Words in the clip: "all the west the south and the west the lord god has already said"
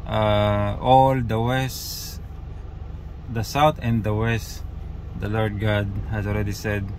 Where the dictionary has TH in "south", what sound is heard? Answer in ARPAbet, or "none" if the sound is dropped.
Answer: T